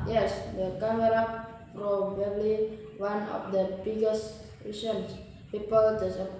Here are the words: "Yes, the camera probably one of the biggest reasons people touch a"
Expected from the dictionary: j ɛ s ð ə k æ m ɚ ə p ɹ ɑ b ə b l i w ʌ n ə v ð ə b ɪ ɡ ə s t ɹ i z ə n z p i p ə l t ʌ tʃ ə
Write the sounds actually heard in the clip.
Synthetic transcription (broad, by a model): j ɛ s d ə k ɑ m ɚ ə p ɹ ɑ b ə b l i w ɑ n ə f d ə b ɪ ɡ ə s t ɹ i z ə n s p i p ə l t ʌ s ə